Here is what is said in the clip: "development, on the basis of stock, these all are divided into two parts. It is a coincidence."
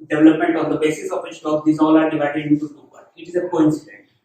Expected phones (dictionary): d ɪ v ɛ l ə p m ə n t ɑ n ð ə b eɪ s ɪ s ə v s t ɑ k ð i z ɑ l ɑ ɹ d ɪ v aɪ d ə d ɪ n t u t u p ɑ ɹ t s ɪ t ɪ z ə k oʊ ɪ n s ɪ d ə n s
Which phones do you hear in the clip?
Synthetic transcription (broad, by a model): d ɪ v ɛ l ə p m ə n t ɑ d ə b eɪ s ɪ s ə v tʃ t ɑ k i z ɑ l ɑ ɹ d ɪ v aɪ d ə d ɪ n t u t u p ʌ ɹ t ɪ t ɪ z ə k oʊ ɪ n s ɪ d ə n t